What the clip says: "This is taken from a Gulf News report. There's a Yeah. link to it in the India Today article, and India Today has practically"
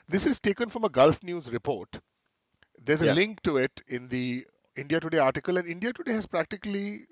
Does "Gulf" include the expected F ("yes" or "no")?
yes